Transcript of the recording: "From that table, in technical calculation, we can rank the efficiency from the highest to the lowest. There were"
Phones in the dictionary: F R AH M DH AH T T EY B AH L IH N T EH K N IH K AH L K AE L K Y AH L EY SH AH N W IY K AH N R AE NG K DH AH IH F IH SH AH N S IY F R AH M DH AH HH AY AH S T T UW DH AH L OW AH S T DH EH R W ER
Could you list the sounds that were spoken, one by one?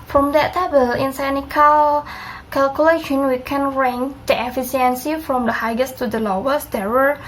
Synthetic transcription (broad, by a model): F R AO M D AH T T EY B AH L IH N S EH N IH K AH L K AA L K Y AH L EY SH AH N W IY K AH N R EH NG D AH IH F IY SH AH N S IY F R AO M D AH HH AY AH S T T UW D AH L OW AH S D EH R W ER